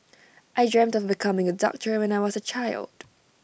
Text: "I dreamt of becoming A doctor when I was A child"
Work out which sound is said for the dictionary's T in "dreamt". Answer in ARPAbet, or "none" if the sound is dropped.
T